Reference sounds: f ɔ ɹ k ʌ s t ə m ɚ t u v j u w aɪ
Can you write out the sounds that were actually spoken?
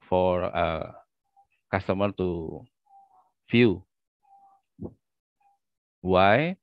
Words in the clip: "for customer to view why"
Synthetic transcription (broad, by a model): f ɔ ɹ k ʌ s t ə m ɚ t u f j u w aɪ